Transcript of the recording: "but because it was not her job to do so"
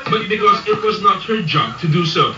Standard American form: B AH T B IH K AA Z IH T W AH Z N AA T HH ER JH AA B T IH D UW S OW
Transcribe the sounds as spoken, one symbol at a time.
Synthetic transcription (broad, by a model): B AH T B IH K AA Z IH T W AH Z N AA T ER JH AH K T IH D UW S OW